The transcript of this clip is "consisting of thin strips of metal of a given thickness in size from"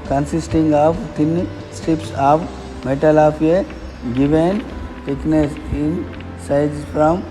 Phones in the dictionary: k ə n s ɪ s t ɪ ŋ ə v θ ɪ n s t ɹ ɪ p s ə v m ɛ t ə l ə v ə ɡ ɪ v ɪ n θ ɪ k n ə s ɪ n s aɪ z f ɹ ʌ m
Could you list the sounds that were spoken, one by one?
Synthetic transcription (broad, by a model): k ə n s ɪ s t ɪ ŋ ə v t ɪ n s t ɪ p s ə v m ɛ t ə l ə p ə ɡ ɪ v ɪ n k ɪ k n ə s ɪ n s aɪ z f ɹ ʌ m